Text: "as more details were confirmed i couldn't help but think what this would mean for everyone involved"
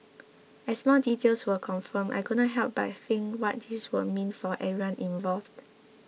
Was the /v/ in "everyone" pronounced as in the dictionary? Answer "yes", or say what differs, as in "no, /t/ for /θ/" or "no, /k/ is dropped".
no, /v/ is dropped